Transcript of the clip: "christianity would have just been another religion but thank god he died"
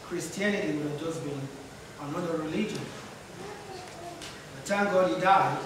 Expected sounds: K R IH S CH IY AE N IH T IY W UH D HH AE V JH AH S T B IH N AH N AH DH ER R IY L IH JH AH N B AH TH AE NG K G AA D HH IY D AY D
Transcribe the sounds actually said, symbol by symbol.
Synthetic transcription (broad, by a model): K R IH S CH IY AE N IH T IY W UH D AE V JH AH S B IH N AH N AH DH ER R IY L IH JH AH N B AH T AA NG G AA D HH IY D AY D